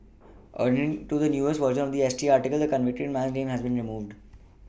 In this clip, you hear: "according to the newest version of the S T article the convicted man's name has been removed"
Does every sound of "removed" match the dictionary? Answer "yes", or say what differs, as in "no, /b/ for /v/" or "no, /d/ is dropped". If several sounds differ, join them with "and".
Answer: yes